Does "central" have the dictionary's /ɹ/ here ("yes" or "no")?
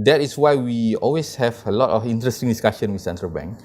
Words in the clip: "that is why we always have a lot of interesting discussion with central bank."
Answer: yes